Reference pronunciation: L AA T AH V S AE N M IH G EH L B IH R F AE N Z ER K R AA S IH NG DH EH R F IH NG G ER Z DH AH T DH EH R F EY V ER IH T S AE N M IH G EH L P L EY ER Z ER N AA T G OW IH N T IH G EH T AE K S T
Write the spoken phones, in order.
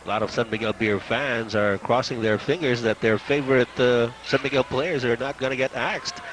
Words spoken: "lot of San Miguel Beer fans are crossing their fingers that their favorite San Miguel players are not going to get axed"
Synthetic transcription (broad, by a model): L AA T AH V S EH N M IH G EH L B IH R F AE N Z ER K R AA S IH NG DH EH R F IH NG G ER Z DH AH T DH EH R F EY V ER IH T S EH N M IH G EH L P L EY ER Z ER N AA T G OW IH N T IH G EH T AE K S T